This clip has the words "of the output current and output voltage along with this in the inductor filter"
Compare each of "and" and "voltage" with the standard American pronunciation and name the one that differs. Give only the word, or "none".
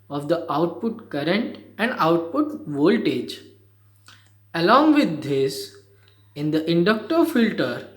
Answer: none